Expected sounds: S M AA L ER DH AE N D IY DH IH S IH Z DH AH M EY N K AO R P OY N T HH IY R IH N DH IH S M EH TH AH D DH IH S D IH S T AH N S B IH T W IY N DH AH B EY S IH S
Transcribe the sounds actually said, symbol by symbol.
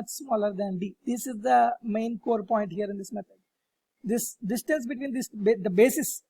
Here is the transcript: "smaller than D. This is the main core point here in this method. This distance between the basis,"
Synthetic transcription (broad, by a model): S M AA L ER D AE N D IY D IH S IH Z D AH M EY N K AO R P OY N T HH IY R IH N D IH S M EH T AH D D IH S D IH S T AH N S B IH T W IY N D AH B EY S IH S